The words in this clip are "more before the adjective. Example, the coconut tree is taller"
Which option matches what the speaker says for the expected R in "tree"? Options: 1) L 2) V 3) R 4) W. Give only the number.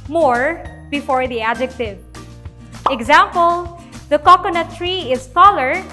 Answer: 3